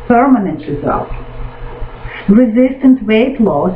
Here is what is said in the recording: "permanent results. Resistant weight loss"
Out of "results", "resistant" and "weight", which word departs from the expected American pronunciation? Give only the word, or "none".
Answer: results